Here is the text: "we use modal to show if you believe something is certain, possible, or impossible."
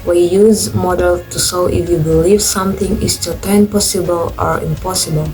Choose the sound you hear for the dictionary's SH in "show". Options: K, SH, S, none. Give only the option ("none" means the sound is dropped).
S